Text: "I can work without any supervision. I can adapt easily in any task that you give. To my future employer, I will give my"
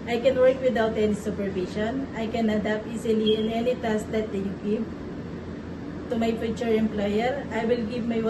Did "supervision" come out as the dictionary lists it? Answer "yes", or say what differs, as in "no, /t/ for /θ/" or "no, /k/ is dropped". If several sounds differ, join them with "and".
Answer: no, /ʃ/ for /ʒ/